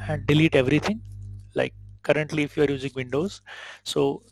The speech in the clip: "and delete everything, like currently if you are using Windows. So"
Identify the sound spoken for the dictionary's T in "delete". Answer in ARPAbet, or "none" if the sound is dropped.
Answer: T